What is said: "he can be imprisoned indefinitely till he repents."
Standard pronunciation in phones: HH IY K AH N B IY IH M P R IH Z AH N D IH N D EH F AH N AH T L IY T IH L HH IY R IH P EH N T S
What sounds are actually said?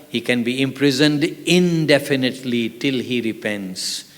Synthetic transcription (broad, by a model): HH IY K AH N B IY IH M P R IH Z AH N D IH N D EH F AH N AH T L IY T IH L HH IY R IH P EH N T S